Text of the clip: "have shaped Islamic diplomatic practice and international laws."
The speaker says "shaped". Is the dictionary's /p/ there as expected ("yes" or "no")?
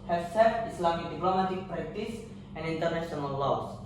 no